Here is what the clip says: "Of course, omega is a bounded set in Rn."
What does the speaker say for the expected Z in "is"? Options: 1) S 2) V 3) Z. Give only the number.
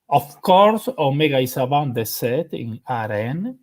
1